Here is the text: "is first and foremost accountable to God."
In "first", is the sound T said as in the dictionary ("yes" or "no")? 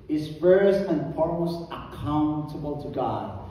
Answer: no